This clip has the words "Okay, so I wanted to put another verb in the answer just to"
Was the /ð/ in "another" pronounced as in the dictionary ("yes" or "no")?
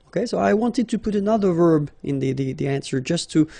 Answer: yes